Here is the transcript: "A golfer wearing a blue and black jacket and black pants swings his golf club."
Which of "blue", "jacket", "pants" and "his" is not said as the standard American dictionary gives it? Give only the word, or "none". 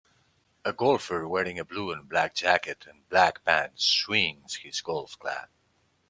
pants